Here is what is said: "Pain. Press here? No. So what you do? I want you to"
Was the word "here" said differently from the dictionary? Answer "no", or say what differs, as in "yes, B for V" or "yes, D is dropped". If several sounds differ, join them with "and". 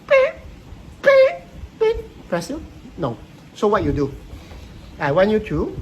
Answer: yes, L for R